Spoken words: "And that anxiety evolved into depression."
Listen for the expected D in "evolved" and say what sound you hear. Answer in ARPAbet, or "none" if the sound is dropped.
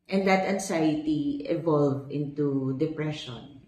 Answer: none